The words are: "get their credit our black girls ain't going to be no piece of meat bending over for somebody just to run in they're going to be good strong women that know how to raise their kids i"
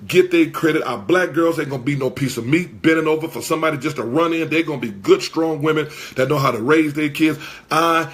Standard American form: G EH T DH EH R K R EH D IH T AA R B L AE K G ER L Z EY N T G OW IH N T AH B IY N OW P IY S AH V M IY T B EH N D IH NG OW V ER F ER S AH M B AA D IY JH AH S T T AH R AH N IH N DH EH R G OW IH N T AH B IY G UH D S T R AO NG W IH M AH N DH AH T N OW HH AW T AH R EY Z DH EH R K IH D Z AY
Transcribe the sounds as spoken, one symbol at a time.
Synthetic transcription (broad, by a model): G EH T DH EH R K R EH D IH T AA B L AE K G ER L Z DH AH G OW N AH B IY N OW P IY S AH V M IY T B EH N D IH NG OW V ER F ER S AH M B AA D IY JH AH S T T AH R AH N IH N DH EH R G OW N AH B IY G UH D S T R AO NG W IH M AH N DH AH T N OW HH AW T AH R EY Z DH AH R K IH D Z AY